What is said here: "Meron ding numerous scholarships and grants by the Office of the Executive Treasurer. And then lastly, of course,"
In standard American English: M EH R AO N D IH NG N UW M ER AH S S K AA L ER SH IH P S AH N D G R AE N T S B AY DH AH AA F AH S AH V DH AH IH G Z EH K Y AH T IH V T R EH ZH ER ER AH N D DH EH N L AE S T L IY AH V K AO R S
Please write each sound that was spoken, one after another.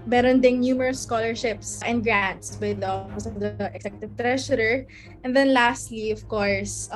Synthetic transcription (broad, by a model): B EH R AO N D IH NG N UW M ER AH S S K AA L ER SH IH P S AH N D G R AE N T S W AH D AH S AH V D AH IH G S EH K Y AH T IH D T R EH SH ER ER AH N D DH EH N L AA S T L IY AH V K AO R S